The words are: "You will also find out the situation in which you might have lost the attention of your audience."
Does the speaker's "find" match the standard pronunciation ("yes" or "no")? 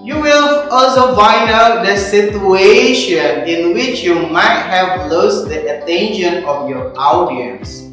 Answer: no